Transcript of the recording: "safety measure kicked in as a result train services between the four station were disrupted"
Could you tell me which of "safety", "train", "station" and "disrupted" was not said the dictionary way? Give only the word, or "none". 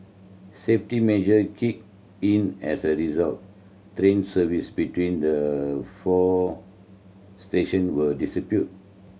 disrupted